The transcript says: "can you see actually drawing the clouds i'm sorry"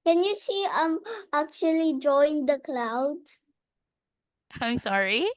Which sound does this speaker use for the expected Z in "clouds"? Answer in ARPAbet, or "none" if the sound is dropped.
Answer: none